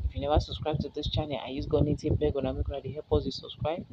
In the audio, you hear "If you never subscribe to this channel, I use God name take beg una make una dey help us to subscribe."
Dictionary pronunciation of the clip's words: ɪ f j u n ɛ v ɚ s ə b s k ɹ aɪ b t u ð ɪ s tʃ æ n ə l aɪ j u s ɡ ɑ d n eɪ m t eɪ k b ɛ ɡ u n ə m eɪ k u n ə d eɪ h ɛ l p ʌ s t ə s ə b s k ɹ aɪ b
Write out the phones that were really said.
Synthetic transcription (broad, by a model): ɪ f j u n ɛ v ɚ s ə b s k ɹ aɪ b t u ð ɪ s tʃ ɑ n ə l aɪ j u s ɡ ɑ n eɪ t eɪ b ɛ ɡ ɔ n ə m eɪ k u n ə d eɪ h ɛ p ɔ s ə s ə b s k ɹ aɪ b